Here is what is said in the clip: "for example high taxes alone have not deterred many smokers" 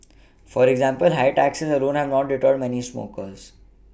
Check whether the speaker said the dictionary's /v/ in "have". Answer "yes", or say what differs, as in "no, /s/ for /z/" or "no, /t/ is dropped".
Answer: yes